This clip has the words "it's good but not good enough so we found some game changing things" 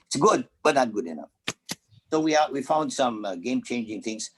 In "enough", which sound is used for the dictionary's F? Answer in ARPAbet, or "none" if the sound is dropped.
F